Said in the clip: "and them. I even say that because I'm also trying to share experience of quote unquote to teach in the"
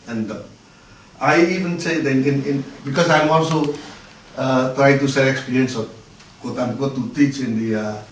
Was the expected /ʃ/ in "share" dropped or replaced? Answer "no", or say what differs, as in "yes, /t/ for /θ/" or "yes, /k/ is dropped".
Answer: yes, /s/ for /ʃ/